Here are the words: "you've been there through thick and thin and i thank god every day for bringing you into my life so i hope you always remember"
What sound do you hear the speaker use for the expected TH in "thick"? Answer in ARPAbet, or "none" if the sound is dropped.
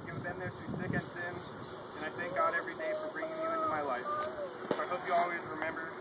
S